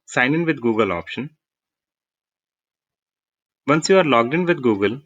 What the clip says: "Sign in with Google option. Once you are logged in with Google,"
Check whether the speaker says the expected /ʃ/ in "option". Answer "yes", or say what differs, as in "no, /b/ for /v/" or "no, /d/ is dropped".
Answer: yes